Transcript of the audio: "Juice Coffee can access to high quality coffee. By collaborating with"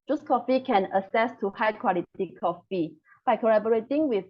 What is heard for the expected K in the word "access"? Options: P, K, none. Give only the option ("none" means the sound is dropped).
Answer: none